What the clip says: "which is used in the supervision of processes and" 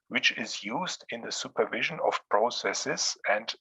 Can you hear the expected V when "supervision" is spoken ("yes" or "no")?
yes